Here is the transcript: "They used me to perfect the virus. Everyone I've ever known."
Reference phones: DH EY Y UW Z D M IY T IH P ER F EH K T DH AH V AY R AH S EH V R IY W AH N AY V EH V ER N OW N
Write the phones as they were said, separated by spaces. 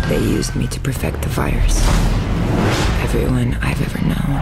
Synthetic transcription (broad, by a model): DH EY Y UW Z D M IY T IH P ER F EH K T DH AH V AY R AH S EH V R IY W AH N AY V EH V ER N OW N